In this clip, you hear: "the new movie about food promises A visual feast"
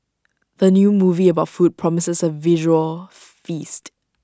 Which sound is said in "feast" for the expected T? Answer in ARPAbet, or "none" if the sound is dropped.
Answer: T